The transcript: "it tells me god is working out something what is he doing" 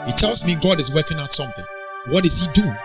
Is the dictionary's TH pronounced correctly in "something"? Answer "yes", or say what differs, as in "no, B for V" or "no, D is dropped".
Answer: yes